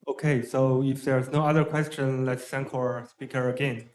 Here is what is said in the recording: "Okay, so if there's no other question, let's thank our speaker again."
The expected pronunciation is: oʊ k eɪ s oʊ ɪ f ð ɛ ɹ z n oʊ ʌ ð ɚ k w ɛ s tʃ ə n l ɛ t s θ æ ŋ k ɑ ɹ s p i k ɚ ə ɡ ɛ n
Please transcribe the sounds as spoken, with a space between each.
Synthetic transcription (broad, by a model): oʊ k eɪ s oʊ ɪ f ð ɛ ɹ z n oʊ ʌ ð ɚ k w ɛ s tʃ ə n l ɛ t s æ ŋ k ɑ ɹ s p i k ɚ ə ɡ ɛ n